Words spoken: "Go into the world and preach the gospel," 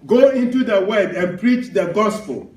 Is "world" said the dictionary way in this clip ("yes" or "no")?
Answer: no